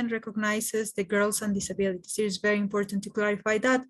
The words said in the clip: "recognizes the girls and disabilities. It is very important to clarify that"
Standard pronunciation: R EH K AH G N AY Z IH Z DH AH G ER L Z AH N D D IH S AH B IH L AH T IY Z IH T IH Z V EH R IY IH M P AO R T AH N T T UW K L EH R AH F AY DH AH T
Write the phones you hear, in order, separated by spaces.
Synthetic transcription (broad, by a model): R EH K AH G N AY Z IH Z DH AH G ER L S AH N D D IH S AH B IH L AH T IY S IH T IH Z V EH R IY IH M P AO R T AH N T T UW K L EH R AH F AY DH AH T